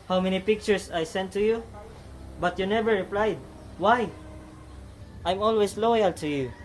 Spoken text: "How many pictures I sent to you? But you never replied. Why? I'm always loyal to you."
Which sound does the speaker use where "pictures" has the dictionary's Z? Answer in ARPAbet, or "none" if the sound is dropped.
S